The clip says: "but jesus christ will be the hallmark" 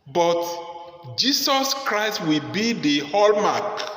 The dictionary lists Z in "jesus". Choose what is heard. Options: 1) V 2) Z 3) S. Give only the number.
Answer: 3